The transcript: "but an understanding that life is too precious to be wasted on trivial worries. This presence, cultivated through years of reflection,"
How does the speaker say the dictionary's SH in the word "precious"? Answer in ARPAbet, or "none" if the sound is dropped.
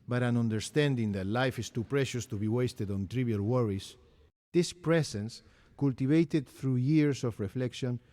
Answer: SH